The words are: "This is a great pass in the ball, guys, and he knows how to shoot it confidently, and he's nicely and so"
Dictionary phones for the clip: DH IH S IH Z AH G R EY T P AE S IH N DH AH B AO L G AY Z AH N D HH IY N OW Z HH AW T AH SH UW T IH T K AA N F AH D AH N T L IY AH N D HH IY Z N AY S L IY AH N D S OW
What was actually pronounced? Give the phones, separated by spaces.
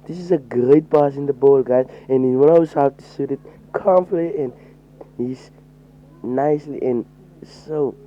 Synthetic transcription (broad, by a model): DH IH S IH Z AH G R EY T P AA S IH N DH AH B AO L G AY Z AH N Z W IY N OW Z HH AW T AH S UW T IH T K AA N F L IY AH N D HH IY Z N AY S L IY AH N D S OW